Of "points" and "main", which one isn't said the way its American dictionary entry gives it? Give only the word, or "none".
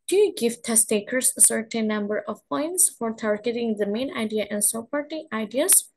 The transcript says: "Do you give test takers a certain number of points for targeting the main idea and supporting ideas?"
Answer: none